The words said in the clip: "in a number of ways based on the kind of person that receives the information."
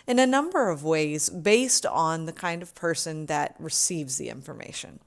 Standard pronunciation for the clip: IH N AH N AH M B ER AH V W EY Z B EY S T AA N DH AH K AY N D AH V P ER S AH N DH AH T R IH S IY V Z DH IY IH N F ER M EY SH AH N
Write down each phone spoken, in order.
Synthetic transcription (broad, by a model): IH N AH N AH M B ER AH V W EY Z B EY S T N DH AH K AY N D AH V P ER S AH N DH AH T R IH S IY V Z DH IY IH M F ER M EY SH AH N